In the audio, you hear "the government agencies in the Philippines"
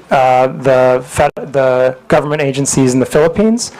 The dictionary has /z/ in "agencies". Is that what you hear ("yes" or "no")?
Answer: yes